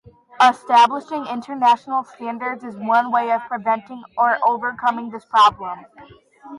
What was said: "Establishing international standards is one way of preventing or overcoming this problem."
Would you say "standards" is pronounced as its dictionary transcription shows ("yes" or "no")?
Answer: yes